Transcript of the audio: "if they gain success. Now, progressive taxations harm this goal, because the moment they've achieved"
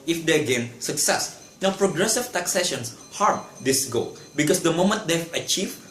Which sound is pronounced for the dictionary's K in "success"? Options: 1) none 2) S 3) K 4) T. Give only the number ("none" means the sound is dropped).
3